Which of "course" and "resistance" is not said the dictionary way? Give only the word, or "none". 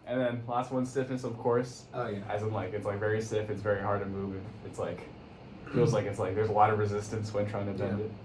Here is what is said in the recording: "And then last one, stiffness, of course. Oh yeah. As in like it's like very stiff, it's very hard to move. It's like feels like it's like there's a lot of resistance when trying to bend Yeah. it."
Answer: none